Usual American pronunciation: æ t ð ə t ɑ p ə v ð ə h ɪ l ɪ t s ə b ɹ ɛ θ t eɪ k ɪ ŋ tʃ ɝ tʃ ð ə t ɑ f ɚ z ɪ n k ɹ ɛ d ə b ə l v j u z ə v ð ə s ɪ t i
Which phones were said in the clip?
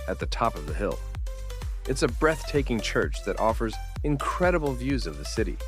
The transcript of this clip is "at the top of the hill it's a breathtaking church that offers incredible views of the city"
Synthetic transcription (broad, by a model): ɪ t ð ə t ɑ p ə v ð ə h ɪ l ɪ t s ə b ɹ ɛ θ t eɪ k ɪ ŋ tʃ ɝ tʃ ð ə t ɑ f ɚ z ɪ n k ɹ ɛ d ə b l v j u z ə v ð ə s ɪ t i